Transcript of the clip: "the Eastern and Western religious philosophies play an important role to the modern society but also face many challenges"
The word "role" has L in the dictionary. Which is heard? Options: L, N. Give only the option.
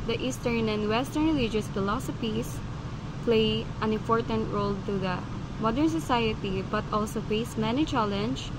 L